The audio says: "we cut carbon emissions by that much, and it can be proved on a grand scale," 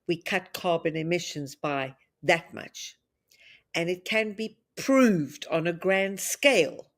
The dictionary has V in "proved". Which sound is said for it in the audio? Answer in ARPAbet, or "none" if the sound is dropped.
V